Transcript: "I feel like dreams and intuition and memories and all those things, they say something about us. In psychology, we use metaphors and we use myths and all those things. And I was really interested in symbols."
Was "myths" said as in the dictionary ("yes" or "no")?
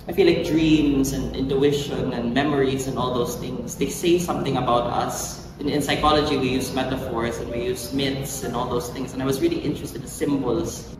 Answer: no